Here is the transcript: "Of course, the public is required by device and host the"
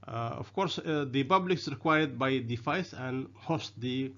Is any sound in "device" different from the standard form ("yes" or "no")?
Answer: yes